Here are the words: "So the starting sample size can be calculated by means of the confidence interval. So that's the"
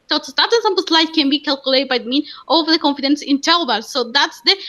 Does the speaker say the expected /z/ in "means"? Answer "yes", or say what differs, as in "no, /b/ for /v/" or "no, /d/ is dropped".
no, /z/ is dropped